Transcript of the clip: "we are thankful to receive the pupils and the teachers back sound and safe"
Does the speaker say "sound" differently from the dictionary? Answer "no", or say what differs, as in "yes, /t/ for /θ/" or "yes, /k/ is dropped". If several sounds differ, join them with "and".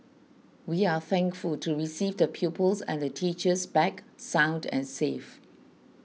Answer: no